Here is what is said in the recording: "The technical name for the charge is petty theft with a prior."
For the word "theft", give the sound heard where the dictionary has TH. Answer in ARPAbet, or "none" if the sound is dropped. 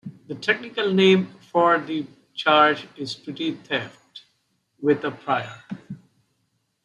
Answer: T